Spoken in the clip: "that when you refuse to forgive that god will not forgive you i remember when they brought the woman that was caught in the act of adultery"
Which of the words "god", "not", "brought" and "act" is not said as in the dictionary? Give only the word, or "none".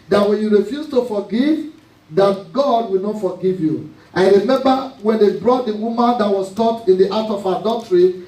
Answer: act